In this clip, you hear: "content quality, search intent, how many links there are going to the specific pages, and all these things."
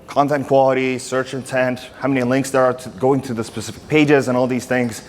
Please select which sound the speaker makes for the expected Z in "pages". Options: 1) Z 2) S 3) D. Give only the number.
1